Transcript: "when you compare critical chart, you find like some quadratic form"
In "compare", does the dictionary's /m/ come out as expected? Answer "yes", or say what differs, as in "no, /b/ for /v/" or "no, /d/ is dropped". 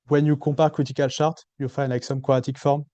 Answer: no, /m/ is dropped